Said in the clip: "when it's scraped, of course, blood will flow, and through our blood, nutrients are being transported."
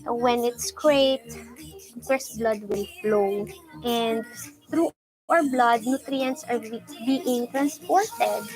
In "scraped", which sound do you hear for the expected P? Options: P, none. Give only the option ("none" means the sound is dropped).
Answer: none